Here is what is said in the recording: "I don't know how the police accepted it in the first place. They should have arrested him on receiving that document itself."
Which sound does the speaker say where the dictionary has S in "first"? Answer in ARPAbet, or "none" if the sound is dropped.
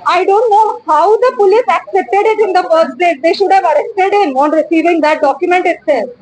none